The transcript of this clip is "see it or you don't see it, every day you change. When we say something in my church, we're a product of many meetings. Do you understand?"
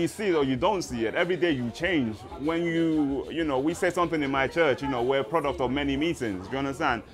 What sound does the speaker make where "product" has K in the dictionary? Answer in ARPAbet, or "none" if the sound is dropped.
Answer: K